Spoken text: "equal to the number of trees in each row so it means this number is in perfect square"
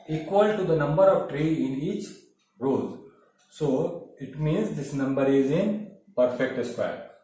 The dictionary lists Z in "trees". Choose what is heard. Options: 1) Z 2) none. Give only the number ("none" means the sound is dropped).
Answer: 2